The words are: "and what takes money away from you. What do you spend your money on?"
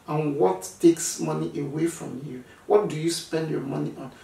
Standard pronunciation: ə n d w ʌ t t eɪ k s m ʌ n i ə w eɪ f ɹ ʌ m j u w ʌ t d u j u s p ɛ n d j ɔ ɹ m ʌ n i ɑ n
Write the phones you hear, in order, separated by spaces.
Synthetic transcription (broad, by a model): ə n w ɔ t t eɪ k s m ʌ n i ə w eɪ f ɹ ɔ m j u w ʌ t d u j u s p ɛ n d j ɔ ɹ m ʌ n i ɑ n